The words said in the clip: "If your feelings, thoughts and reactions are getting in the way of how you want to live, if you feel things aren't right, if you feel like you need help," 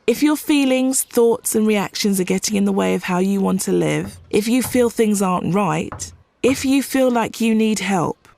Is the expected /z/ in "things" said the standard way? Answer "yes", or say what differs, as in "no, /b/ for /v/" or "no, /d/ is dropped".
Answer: yes